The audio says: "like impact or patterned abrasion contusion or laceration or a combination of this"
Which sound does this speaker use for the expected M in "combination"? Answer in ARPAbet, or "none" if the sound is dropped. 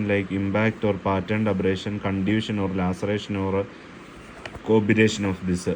none